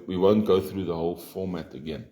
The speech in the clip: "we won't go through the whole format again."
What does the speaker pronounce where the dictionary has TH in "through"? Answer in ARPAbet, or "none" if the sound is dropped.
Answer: TH